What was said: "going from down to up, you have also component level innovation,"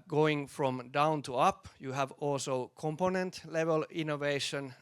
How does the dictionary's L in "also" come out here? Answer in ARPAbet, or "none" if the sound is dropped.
L